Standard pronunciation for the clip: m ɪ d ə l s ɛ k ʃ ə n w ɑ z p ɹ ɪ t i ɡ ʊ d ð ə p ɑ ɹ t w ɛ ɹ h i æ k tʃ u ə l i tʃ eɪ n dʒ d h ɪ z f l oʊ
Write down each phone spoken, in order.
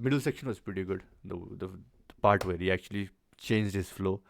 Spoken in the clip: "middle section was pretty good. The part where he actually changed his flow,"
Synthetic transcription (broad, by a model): m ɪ d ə l s ɛ k ʃ ə n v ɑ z p ɹ ɪ t i ɡ ʊ d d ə p ɑ ɹ t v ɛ ɹ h i æ k tʃ u ə l i tʃ eɪ n dʒ d h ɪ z f l oʊ